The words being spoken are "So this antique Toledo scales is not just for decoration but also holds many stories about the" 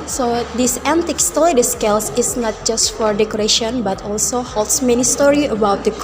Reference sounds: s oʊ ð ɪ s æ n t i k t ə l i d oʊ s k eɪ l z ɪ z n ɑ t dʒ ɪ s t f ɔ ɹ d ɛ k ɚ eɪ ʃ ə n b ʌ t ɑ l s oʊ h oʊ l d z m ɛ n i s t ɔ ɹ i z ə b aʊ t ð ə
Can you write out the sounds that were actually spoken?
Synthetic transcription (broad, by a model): s oʊ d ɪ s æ n t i k t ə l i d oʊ s k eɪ l s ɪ s n ɑ t dʒ ɪ s t f ɔ ɹ d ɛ k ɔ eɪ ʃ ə n b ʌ t ɑ l s oʊ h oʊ l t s m ɛ n i s t ɔ ɹ i ə b aʊ t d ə